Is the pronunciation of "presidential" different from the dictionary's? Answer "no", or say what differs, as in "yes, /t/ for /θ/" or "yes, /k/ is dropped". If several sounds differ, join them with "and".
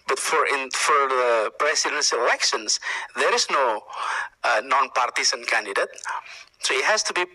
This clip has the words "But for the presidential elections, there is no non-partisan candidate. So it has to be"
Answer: yes, /s/ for /z/ and /s/ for /ʃ/